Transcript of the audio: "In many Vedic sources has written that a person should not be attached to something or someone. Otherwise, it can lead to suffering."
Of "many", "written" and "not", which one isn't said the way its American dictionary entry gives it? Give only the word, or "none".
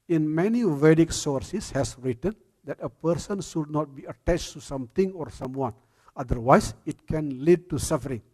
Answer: none